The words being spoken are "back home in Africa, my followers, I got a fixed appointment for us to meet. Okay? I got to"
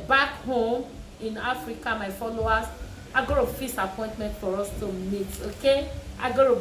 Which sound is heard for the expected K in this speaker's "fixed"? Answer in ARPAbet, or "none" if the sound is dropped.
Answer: none